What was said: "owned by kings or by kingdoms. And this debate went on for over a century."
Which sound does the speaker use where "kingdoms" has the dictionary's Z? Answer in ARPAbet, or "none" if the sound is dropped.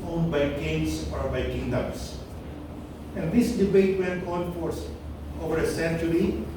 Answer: S